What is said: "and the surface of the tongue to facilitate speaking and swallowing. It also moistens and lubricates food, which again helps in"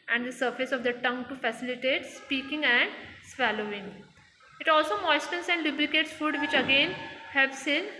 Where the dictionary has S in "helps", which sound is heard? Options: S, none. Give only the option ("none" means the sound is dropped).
S